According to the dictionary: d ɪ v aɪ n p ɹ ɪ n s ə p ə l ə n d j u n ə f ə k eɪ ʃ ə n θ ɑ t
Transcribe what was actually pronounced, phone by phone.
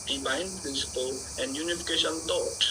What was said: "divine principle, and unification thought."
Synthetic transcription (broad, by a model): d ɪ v aɪ n p ɹ ɪ n s ə p ə l ə n d j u n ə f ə k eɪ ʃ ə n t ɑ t